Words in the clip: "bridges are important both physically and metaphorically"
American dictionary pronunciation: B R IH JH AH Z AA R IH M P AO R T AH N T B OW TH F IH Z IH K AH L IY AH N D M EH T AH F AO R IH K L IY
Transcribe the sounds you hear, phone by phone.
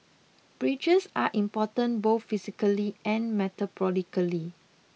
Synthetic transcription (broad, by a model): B R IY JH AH S AA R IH M P AO T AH N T B OW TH F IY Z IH K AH L IY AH N M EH T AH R AO L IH K L IY